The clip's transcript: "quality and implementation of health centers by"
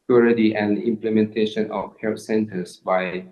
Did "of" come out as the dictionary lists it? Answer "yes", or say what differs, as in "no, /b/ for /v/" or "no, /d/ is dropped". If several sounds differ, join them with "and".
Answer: no, /f/ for /v/